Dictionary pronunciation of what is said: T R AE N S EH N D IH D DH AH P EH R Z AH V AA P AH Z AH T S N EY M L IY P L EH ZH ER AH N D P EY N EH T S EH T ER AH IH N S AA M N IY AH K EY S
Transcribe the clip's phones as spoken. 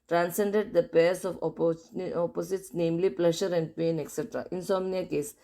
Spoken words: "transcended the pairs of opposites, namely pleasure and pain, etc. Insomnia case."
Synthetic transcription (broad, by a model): T R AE N S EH N D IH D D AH P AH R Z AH P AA P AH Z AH T S N EY M L IY P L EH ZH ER AH N D P EY N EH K S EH T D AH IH N S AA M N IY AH K EY S